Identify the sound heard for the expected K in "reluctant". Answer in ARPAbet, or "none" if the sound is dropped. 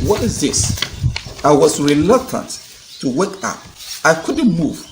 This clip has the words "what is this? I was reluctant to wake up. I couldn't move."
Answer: K